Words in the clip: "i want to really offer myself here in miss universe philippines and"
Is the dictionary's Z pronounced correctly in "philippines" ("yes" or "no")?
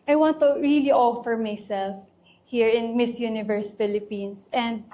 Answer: no